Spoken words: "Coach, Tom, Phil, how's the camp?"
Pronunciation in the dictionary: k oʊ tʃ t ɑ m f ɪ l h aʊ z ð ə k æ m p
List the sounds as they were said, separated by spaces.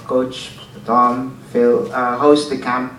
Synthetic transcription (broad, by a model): k oʊ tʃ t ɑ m f ɪ l h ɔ s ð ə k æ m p